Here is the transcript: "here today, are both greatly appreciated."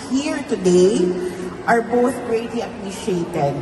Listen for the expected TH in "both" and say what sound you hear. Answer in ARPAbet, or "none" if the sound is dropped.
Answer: TH